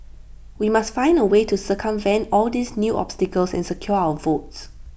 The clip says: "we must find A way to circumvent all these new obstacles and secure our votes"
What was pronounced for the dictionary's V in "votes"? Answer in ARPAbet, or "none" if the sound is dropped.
V